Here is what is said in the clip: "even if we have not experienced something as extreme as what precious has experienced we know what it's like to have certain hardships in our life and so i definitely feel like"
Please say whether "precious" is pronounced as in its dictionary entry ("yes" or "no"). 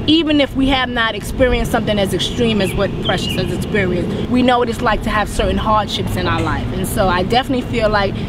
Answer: yes